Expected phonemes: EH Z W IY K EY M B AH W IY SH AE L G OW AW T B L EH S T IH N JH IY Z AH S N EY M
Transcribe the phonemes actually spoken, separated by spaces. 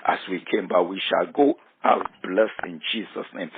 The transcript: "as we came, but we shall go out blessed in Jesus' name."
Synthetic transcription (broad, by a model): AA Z W IY K EY M B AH W IY SH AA L G OW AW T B L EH S IH N JH IY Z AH S N EY M